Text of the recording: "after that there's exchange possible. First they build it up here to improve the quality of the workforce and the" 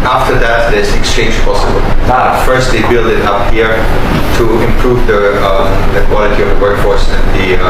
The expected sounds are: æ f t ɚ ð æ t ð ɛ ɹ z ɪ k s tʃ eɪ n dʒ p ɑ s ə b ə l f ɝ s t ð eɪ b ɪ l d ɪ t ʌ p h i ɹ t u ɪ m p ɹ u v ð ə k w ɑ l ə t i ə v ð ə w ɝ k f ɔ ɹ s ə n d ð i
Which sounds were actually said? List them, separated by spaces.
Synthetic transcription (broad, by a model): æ f t ɚ ð æ t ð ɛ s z ɪ k s tʃ eɪ n dʒ p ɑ s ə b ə l f ɝ s t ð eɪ b ɪ l d ɪ t ʌ p h i ɹ t u ɪ m p ɹ u v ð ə k w ɑ l ə t i ə v ð ə w ɝ k f ɔ ɹ s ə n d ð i